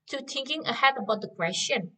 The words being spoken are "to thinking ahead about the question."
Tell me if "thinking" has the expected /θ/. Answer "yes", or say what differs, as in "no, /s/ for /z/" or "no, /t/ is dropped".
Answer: no, /t/ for /θ/